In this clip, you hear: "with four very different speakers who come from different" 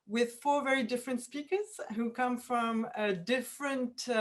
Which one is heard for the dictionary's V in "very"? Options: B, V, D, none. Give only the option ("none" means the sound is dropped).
V